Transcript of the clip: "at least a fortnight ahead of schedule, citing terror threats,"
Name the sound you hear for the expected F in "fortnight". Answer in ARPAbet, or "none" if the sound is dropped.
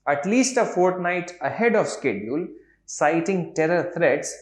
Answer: F